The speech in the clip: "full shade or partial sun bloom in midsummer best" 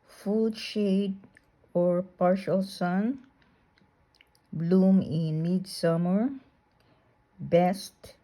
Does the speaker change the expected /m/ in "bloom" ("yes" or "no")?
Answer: no